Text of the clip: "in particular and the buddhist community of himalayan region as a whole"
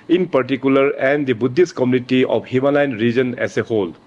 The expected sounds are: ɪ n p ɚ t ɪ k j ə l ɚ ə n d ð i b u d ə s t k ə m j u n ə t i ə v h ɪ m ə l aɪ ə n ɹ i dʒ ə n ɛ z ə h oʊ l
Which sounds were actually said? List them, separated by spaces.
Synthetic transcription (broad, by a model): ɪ n p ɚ t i k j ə l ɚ ə n d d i b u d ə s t k ə m j u n ə t i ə p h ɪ m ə l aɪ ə n ɹ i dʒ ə n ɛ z ə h oʊ l